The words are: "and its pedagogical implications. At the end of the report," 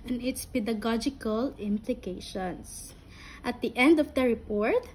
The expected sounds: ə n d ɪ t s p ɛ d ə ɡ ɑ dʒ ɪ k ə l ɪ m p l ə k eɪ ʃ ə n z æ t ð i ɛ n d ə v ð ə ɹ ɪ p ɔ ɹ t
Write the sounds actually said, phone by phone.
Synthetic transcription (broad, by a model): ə n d ɪ t s p ɛ d ə ɡ ɑ dʒ ɪ k ə l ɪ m p l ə k eɪ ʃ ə n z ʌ t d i ɛ n d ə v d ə ɹ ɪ p ɔ ɹ t